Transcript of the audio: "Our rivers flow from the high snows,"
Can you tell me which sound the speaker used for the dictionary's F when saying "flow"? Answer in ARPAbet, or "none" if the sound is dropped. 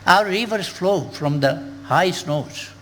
F